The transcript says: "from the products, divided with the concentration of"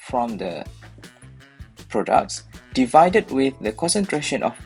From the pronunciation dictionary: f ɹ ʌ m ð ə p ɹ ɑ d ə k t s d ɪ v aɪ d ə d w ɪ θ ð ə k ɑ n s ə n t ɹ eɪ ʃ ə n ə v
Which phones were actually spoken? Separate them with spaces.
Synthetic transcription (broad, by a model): f ɹ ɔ m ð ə p ɹ ɑ d ə k t s d ɪ v aɪ d ə d w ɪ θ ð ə k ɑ n s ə n t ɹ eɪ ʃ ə n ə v